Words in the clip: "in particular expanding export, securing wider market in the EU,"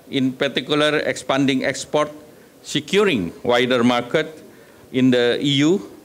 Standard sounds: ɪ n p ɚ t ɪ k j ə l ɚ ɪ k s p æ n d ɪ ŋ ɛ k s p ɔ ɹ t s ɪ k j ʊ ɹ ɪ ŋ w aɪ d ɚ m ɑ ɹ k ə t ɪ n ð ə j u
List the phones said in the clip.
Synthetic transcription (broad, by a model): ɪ n p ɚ t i k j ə l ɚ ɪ k s p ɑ n d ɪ ŋ ɛ k s p ɔ ɹ t s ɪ k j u ɹ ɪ ŋ w aɪ d ɚ m ɑ ɹ k ə t ɪ n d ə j u